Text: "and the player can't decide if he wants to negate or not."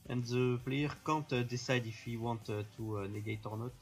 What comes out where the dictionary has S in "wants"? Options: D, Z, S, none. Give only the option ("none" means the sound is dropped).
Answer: none